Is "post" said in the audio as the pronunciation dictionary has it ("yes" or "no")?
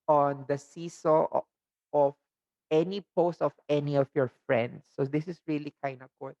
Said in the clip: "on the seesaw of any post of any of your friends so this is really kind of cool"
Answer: yes